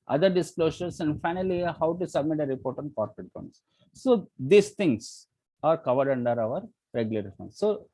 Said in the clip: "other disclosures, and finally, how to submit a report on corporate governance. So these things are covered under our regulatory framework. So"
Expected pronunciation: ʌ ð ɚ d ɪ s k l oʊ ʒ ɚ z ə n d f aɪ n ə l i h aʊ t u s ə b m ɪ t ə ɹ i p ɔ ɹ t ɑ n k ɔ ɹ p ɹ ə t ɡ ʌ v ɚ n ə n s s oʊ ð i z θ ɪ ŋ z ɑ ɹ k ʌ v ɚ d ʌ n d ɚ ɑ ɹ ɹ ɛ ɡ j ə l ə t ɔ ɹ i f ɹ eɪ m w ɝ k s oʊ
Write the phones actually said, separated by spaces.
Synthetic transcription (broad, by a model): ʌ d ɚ d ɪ s k l oʊ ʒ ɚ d ə n d f aɪ n ə l i h aʊ t u s ə b m ɪ t ə ɹ i p ɔ ɹ t ɑ n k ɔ ɹ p ɹ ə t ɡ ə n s s oʊ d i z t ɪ ŋ s ɑ ɹ k ʌ v ɚ d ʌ n d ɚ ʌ ɹ ɹ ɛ ɡ j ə l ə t ɹ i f eɪ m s oʊ